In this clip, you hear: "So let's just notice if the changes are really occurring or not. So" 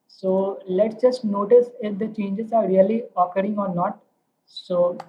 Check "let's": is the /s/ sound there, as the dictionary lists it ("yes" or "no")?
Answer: yes